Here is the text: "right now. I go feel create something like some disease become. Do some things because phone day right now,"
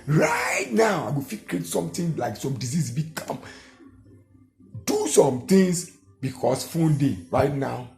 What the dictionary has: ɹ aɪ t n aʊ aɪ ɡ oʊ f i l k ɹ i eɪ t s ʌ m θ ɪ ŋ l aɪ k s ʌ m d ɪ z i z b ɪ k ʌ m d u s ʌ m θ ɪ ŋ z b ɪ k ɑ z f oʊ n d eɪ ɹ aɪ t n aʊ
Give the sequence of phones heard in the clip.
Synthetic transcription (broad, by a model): ɹ aɪ t n aʊ aɪ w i f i k ɹ i eɪ t s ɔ m t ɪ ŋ l aɪ k s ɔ m d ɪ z i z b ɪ k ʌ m d u s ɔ m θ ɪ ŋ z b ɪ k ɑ s f oʊ n d eɪ ɹ aɪ t n aʊ